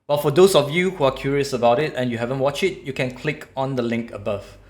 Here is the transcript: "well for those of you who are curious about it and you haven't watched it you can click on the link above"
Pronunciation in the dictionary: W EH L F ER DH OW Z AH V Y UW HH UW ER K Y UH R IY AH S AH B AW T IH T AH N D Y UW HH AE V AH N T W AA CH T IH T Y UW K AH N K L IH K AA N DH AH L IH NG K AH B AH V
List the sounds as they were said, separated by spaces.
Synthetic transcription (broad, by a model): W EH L F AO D OW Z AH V Y UW HH UW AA K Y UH R IY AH S AH B AW T IH T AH N Y UW HH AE V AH N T W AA CH IH T Y UW K AH N K L IH K AA N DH AH L IH NG K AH B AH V